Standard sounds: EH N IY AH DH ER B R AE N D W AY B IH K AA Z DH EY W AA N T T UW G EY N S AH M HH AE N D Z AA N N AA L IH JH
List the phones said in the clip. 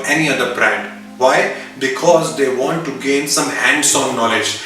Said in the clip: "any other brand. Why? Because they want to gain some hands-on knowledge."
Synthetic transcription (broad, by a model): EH N IY AH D ER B R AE N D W AY B IH K AA Z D EY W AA N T T UW G EY N S AH M HH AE N D S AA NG N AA L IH JH